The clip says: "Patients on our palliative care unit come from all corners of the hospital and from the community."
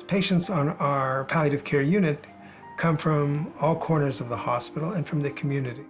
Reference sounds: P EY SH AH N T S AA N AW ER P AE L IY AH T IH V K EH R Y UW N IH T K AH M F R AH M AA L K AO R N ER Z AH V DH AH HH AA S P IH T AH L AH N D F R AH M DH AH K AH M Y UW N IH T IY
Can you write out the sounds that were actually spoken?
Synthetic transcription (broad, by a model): P EY SH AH N T S N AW ER P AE L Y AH T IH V K EH R Y UW N IH T K AH M F R AH M AA L K AO R N ER Z AH V DH AH HH AA S P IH T L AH N F R AH M DH AH K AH M Y UW N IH T IY